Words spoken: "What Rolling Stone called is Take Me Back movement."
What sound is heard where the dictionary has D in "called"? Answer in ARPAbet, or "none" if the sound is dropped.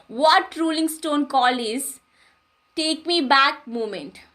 none